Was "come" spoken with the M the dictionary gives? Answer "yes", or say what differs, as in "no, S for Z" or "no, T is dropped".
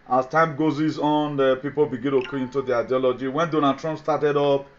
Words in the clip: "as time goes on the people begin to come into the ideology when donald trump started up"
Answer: no, M is dropped